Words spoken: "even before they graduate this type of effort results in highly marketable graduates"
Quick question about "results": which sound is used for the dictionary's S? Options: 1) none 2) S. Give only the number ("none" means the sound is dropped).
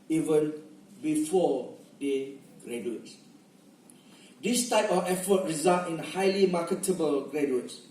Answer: 1